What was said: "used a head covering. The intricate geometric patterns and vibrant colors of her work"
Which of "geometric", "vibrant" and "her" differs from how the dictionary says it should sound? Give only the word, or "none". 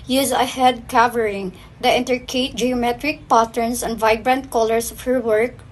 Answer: none